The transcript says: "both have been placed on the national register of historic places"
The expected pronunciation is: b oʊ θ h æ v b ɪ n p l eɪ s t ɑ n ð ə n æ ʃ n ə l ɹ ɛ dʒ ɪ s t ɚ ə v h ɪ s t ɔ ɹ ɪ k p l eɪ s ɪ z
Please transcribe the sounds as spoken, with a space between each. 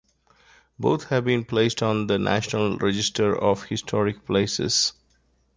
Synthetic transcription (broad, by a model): b oʊ t h æ v b ɪ n p l eɪ s t ɑ n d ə n æ ʃ n ə l ɹ ɛ dʒ ɪ s t ɚ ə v h ɪ s t ɔ ɹ ɪ k p l eɪ s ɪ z